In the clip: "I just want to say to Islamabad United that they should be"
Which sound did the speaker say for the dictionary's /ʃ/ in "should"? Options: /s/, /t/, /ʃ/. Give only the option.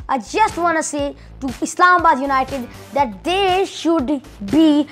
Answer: /ʃ/